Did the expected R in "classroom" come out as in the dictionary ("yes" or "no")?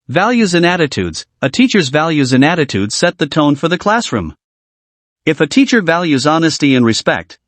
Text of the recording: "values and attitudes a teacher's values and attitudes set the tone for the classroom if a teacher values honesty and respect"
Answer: yes